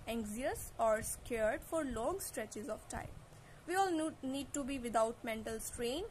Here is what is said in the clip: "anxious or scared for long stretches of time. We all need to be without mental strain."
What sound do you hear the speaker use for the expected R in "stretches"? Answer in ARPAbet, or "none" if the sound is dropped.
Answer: R